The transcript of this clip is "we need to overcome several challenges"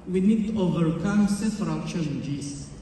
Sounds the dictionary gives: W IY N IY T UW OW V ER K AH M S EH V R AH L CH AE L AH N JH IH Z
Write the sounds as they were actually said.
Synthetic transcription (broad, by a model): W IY N IY T UW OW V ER K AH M S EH F R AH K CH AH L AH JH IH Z